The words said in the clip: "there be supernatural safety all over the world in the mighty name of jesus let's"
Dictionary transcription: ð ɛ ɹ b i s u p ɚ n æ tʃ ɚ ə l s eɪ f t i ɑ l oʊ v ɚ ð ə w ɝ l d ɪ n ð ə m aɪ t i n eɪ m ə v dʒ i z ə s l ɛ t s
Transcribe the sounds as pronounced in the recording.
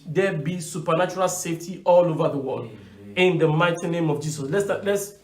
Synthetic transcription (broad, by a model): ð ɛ b i s u p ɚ n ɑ tʃ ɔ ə l s eɪ f t i ɑ l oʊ v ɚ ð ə w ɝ l d ɪ n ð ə m aɪ t i n eɪ m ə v dʒ i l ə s l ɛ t s